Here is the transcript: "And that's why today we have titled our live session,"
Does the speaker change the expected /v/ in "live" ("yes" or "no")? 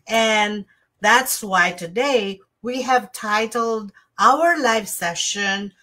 yes